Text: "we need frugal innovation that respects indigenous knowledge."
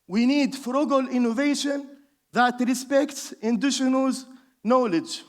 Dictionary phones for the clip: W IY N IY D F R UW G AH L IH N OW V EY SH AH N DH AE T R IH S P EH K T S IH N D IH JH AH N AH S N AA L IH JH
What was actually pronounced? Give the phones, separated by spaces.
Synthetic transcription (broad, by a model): W IY N IY D F R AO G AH L IH N OW V EY SH AH N DH AE T R IH S P EH K T S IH N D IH SH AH N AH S N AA L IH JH